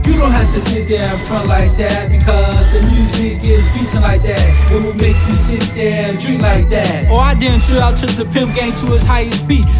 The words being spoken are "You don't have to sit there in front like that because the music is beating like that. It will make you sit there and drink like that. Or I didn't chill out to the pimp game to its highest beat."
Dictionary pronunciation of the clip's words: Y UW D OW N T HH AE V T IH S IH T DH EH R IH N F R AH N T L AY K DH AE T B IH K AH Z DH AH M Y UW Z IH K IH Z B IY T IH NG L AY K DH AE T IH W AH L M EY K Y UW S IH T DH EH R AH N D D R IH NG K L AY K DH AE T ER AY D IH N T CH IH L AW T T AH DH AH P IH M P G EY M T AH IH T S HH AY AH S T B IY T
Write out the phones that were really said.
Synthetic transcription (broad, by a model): Y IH D OW N T HH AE F T IH S IH T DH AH R IH N F R AH N T L AY K DH AE T B IH K AH Z DH AH M Y UW Z IH K IH Z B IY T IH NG L AY K DH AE T IH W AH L M EY K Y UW S IH T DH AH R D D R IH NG L AY K DH AE T ER AY D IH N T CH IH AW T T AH DH AH P IH M P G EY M T AH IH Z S HH AY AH S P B IY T